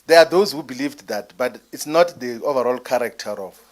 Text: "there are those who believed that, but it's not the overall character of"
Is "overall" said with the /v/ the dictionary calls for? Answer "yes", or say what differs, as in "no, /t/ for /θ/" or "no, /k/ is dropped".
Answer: yes